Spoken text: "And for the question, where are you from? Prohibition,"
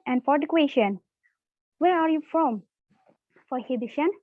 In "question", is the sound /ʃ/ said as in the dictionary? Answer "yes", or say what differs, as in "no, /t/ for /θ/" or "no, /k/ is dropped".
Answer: yes